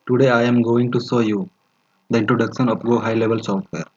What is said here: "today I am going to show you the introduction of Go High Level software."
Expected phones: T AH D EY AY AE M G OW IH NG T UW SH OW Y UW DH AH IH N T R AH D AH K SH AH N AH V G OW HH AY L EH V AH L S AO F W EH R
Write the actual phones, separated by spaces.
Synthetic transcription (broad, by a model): T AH D EY AY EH M G OW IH NG T UW S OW Y UW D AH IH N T R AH D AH K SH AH N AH P G OW HH AY L EH V AH L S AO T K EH R